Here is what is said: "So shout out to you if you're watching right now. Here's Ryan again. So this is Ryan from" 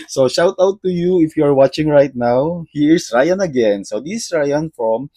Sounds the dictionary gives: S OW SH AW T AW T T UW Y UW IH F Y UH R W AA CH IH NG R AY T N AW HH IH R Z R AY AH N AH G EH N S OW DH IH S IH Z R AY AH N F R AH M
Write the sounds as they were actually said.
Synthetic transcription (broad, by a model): S OW SH AW T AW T T UW Y UW IH F Y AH R W AA CH IH NG R AY T N AW HH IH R S R AY AH N AH G EH N S OW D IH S R AY AH N F R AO M